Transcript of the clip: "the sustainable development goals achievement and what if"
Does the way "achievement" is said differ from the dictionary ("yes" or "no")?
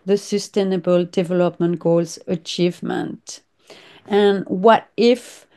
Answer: no